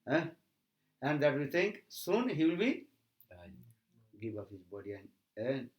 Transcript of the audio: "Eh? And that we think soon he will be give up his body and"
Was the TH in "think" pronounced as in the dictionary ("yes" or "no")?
no